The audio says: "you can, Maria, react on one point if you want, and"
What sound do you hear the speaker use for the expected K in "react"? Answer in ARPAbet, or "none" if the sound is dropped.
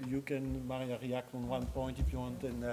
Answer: K